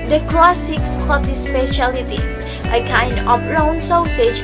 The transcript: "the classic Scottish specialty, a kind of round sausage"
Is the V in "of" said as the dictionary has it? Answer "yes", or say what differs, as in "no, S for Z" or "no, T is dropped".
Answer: no, P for V